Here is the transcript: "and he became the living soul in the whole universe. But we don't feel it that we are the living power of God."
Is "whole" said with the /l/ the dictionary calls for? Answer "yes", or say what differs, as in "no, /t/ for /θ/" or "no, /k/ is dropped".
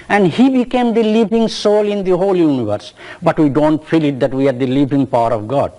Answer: yes